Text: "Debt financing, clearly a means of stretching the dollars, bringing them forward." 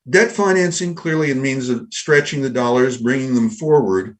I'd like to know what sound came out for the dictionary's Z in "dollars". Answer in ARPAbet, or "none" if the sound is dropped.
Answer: Z